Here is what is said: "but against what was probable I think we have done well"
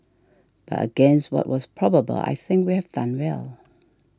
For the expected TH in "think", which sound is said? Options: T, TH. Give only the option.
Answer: TH